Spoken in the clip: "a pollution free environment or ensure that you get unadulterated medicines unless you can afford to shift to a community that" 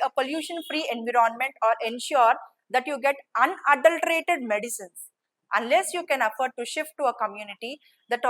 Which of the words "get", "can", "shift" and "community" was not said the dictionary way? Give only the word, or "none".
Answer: none